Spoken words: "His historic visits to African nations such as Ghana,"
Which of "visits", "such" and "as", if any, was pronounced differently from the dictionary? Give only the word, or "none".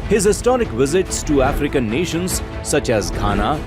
none